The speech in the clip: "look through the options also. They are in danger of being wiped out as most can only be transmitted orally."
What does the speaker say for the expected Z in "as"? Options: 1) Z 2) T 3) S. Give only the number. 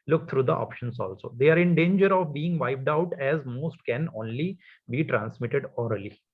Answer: 1